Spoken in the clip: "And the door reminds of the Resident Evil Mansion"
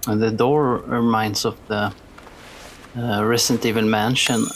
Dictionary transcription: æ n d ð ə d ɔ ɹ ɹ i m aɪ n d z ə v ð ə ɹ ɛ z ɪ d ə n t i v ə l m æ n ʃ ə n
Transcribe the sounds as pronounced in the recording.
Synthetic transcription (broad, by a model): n ð ə d ɔ ɹ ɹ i m aɪ n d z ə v ð ə ɹ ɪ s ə n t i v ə n m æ n ʃ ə n